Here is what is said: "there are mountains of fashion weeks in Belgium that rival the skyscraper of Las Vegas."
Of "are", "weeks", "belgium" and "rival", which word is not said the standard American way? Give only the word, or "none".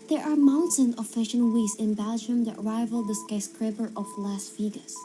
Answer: weeks